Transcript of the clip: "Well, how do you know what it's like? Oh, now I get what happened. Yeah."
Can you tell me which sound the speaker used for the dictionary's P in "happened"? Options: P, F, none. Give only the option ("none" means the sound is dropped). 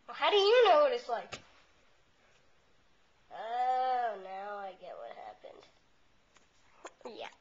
P